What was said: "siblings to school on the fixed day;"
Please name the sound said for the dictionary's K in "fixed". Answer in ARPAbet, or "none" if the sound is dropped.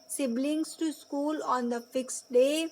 K